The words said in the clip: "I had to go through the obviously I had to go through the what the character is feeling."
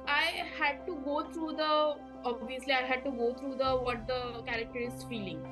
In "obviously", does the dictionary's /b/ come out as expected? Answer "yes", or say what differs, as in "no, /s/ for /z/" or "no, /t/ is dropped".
yes